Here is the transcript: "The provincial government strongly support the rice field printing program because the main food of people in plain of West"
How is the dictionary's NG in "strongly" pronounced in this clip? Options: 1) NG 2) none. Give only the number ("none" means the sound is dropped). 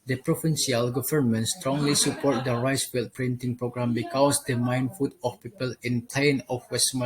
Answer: 1